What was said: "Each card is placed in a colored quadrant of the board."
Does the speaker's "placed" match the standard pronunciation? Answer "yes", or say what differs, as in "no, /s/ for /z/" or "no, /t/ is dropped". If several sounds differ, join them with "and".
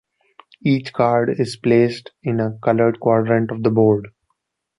yes